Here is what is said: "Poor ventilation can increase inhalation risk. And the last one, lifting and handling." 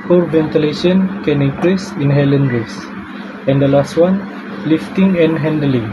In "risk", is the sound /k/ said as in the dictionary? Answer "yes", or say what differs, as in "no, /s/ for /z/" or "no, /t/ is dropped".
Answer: no, /k/ is dropped